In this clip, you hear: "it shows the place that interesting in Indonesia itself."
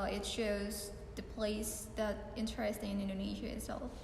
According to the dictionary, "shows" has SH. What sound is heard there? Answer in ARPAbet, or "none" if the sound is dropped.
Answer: SH